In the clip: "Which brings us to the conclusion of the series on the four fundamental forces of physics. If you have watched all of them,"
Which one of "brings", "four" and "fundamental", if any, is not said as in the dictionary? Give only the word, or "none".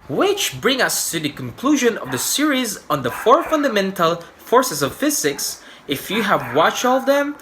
brings